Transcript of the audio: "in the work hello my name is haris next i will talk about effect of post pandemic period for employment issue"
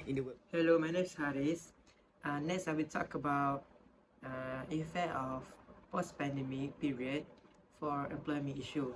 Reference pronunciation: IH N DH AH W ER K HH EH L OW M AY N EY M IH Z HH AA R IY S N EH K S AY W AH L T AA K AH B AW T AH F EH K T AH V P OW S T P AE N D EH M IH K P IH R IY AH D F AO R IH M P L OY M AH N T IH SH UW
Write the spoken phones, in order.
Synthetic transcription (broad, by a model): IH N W HH EH L OW M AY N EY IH S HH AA R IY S N EH K S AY W AH L T AA K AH B AW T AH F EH T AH F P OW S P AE N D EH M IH P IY R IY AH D F AO R IH M P L OY M AH N T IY SH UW